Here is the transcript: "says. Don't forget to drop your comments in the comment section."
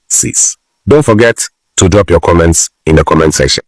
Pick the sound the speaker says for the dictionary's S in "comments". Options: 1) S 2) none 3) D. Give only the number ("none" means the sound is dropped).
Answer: 1